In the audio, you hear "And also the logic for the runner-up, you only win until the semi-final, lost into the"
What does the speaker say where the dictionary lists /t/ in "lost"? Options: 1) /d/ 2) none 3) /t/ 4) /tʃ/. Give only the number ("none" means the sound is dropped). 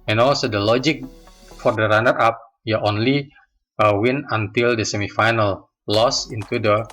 2